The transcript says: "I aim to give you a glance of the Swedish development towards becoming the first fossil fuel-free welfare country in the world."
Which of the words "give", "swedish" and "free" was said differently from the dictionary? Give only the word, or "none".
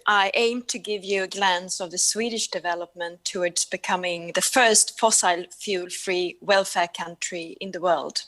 none